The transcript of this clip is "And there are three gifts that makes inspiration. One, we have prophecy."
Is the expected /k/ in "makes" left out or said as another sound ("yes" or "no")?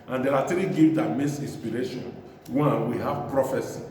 yes